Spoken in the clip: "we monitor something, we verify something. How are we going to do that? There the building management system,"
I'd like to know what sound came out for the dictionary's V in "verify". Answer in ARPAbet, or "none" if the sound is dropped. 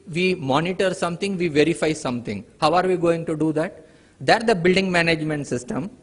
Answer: V